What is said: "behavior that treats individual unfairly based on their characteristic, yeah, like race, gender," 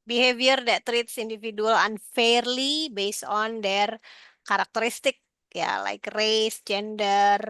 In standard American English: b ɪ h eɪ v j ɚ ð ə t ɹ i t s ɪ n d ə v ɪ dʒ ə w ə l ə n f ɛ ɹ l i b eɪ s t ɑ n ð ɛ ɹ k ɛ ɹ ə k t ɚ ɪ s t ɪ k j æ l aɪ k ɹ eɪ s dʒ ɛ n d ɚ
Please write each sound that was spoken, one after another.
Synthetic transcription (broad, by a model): b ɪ h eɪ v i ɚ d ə t ɹ i t s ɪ n d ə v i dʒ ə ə l ə n f ɛ ɹ l i b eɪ s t ɑ n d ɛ ɹ k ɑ ɹ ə k t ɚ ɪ s t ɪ k j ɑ l aɪ k ɹ eɪ s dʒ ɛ n d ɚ